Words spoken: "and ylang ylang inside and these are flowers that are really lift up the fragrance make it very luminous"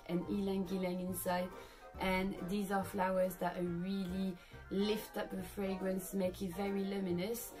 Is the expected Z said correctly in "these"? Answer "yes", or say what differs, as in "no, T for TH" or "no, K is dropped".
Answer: yes